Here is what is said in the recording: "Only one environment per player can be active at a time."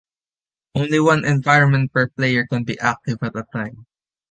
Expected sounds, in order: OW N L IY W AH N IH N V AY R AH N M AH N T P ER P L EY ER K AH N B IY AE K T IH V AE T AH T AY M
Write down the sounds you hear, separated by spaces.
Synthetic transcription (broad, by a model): OW N L IY W AH N IH N V AY R AH N M AH N T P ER P L EY ER K AH N B IY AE K T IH V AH T AH T AY M